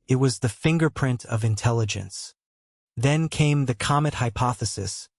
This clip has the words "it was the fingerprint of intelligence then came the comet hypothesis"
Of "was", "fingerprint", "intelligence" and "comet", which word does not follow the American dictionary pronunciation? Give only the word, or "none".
none